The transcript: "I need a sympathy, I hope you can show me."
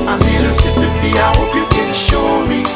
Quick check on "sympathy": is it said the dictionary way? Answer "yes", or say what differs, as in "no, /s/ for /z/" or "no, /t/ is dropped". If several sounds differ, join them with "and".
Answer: no, /m/ is dropped and /f/ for /θ/